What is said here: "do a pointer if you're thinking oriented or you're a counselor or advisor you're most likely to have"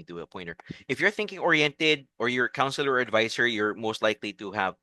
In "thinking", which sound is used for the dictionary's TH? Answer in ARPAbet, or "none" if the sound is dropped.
TH